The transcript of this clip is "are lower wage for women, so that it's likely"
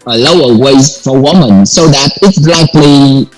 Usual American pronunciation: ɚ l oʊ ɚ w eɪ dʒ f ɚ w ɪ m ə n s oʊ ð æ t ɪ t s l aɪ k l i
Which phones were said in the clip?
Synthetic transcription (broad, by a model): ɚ l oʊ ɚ w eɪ z f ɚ w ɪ m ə n s oʊ ð æ t ɪ t s l aɪ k l i